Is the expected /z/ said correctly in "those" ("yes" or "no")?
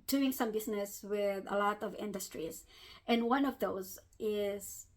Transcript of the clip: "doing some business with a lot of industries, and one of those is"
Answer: yes